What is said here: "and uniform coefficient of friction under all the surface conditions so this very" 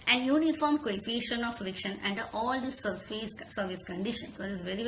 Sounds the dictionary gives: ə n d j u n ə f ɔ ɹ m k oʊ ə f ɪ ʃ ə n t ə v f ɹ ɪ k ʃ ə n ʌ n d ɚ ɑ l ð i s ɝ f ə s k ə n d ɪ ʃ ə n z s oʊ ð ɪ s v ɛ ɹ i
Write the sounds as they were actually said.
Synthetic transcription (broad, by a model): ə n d j u n ə f ɔ ɹ m k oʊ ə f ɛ ʃ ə n ə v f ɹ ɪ k ʃ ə n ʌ n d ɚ ɑ l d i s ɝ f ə s k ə n d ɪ ʃ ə n s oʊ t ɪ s v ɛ ɹ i